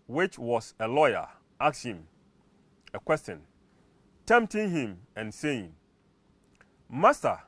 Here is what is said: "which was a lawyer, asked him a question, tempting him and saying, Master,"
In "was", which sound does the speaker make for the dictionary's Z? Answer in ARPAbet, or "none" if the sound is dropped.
S